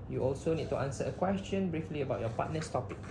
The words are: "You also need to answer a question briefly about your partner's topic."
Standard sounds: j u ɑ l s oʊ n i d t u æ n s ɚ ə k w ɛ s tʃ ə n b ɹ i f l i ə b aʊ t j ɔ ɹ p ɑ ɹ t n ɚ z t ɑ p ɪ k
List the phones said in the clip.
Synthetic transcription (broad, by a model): j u ɑ l s oʊ n i d t u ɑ n s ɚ ə k w ɛ s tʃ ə n b ɹ i f l i ə b aʊ t j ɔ p ɑ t n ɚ s t ɑ p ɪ k